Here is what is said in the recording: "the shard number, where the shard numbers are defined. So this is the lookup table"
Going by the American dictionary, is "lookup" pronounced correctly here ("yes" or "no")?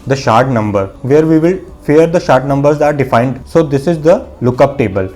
yes